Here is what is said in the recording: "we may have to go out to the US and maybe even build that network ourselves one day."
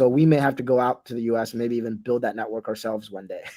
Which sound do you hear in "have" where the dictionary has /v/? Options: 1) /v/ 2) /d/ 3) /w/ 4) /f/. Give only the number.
4